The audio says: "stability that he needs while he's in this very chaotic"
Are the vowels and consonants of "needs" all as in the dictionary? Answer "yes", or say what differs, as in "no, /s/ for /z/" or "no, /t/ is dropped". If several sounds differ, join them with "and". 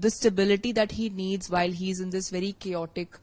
yes